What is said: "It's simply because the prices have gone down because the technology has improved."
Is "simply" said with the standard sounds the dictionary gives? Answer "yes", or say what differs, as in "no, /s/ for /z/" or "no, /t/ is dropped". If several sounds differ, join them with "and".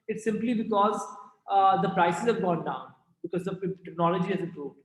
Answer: yes